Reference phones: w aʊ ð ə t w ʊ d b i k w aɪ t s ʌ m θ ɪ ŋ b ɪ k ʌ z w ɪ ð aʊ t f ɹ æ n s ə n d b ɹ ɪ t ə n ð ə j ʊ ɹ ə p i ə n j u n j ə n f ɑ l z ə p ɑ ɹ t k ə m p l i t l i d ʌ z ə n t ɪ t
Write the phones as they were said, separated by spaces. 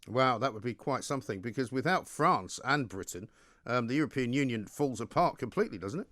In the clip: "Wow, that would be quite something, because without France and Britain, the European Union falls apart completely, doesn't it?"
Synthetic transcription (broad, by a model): w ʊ ð ə t w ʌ d b i k w aɪ t s ʌ m θ ɪ ŋ b ɪ k ʌ z w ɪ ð aʊ t f ɹ æ n s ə n b ɹ ɪ t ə ð ə j ʊ ɹ ə p i ə n j u n j ə n f ɑ l z ə p ɑ ɹ t k ə m p l i t l i d ʌ z n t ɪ t